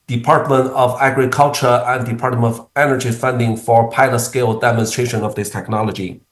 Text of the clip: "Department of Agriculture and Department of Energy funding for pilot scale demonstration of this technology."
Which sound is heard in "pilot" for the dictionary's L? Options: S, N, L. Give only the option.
L